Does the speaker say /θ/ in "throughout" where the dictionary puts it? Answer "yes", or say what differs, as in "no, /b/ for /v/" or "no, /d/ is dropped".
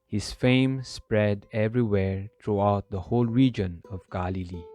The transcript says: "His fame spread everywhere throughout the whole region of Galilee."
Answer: no, /t/ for /θ/